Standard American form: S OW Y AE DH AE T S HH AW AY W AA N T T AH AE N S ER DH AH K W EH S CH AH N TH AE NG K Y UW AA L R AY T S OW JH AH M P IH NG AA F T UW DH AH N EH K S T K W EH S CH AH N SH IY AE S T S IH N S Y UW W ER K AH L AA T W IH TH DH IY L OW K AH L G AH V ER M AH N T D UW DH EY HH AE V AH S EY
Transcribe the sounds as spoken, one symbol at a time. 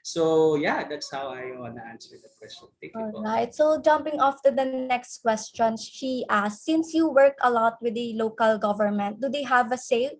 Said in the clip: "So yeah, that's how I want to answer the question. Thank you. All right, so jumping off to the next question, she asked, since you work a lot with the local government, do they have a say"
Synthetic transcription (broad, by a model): S OW Y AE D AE T S HH AW AY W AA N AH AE N S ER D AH K W EH S CH AH N T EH K AA L R AY T S OW JH AH M P IH NG AA F T UW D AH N EH K S T K W EH S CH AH N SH IY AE S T S IH N S Y UW W ER K AH L AA T W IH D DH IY L OW K AH L G AH V ER M AH N T D UW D EY HH AE V AH S EY